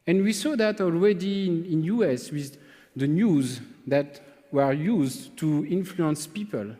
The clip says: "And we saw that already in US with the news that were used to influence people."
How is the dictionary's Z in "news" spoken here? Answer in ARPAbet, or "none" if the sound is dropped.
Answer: Z